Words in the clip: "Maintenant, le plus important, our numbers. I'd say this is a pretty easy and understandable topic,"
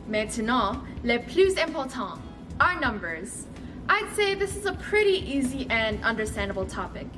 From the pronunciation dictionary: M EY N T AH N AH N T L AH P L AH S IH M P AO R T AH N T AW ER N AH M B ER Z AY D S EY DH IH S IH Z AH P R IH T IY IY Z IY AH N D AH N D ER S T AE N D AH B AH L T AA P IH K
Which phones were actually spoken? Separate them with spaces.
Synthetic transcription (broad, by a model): M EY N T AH N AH L AH P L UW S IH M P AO L T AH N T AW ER N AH M B ER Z AY D S EY DH IH S IH Z AH P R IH T IY IY Z IY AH N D AH N D ER S T AE N D AH B AH L T AA P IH K